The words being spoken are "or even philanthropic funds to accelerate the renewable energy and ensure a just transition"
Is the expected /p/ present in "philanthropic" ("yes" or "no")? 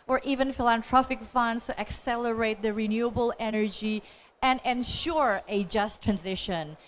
no